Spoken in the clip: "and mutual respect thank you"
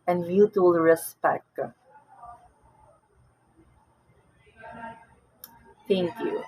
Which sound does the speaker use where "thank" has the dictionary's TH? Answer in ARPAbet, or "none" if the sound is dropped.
T